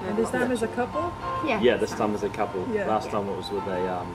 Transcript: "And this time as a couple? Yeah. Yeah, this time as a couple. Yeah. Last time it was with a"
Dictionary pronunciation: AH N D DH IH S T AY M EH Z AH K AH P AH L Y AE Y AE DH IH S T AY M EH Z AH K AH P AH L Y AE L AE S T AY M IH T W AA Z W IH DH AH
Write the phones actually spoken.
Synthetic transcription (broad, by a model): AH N DH IH S T AY M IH Z AH K AH P AH L Y AE Y AE DH IH S T AY M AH Z AH K AH P AH L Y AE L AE S T AY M IH T W AA Z W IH DH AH